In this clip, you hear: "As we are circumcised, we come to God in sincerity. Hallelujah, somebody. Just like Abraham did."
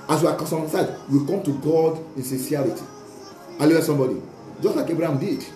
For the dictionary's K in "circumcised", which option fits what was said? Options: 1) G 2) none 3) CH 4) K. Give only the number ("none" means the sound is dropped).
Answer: 2